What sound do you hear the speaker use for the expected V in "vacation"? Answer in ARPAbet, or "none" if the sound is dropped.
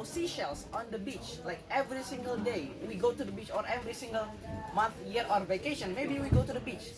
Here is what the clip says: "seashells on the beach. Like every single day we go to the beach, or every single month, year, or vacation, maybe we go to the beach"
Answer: V